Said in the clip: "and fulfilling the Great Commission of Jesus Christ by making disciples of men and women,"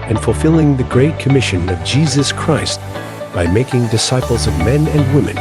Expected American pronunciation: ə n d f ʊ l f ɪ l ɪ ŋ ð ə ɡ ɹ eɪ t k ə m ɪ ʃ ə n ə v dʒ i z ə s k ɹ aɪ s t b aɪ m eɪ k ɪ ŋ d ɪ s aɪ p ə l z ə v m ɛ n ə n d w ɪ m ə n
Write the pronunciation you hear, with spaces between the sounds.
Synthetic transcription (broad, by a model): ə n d f l f ɪ l ɪ ŋ ð ə ɡ ɹ eɪ t k ə m ɪ ʃ ə n ə v dʒ i z ə s k ɹ aɪ s t b aɪ m eɪ k ɪ ŋ d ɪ s aɪ p l z ə v m ɛ n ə n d w ɪ m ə n